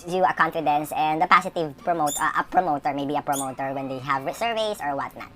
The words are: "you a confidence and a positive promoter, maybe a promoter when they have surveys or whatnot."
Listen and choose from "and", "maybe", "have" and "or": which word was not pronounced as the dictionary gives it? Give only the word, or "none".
none